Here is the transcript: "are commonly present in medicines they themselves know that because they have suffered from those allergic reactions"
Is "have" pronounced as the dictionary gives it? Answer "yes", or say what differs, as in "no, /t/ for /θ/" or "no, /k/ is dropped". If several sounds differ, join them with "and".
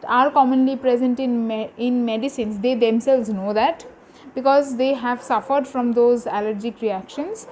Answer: yes